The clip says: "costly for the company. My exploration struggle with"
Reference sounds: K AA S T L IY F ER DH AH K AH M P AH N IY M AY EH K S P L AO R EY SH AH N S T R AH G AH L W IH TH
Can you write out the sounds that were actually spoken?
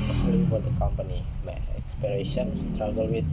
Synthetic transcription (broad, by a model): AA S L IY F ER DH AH K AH M P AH N IY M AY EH K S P IY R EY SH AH N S T R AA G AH L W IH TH